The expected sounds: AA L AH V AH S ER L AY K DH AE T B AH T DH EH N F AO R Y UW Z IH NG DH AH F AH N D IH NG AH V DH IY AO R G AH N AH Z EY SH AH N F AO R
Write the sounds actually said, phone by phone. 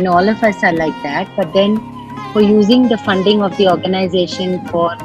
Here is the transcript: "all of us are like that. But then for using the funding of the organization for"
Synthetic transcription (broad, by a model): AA L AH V AH S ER L AY K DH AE T B AH T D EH N F AO R Y UW Z IH NG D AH F AH N D IH NG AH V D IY AO R G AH N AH Z EY SH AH N F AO R